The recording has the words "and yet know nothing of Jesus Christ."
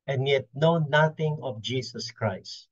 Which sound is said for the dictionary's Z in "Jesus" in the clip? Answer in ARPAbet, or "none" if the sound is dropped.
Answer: S